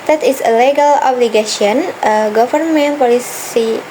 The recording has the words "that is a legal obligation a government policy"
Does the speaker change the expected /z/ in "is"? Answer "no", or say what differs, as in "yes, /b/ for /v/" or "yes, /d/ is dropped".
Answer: yes, /s/ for /z/